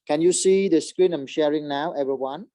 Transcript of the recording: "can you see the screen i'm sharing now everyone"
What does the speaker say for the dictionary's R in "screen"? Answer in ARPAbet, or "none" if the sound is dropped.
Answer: R